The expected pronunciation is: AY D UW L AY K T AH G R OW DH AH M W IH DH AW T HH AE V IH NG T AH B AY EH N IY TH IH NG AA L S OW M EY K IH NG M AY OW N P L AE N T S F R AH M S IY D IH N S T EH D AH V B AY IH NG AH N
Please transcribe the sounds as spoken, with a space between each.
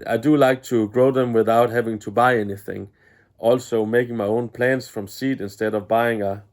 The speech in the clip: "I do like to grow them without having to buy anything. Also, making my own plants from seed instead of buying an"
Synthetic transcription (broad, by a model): AY D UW L AY K T AH G R OW DH AH M W IH DH AW T HH AE V IH NG T AH B AY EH N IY TH IH NG AA L S OW M EY K IH NG M AY OW N P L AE N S F R AH M S IY D IH N S T EH D AH V B AY IH NG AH